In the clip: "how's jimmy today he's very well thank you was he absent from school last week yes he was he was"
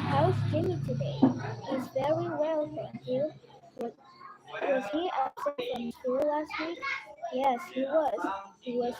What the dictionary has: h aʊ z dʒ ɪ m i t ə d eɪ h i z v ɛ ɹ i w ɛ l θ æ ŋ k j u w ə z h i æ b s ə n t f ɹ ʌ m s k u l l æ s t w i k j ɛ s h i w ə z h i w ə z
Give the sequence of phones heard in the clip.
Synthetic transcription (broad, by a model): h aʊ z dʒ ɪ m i t ə d eɪ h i z v ɛ ɹ i w ɛ l f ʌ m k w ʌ w ə z h i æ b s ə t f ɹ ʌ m s k u l l æ s t w i k j ɛ s h i w ə z h i w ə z